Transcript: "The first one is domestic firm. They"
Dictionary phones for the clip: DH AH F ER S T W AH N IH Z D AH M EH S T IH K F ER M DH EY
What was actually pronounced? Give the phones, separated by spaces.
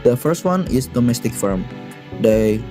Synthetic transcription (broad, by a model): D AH F ER S T W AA N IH S D AH M EH S T IH K F ER M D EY